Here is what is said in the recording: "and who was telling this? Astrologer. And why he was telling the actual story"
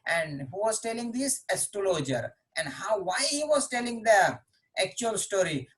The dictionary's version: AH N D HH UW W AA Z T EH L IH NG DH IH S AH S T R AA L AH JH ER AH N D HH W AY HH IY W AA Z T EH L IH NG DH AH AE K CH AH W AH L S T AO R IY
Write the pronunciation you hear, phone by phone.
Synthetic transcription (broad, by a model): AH N D HH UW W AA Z T EH L IH NG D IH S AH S T UW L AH JH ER AH N D HH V AY HH IY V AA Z T EH L IH NG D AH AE K CH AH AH L S T AO R IY